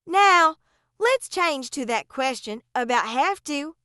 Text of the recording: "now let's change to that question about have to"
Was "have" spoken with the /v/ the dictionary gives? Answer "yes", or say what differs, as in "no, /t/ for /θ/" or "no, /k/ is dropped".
no, /f/ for /v/